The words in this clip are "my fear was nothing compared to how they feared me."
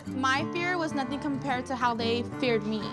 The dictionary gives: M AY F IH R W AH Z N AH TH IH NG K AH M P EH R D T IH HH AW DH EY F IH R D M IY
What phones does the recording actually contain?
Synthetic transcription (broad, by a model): M AY F IH R W AH Z N AH TH IH NG K AH M P EH R D T IH HH AW DH EY F IH R D M IY